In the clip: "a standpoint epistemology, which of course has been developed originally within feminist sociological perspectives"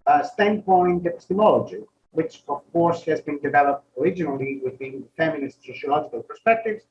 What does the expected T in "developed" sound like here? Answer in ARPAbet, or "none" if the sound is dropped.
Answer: T